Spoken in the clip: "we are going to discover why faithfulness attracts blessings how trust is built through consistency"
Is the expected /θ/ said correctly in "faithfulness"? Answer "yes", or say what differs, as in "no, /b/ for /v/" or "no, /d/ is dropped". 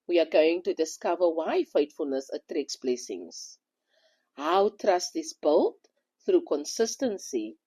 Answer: no, /t/ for /θ/